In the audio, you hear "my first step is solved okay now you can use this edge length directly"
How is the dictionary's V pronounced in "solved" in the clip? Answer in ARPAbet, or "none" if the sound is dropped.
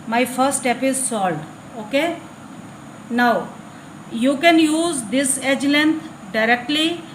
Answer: none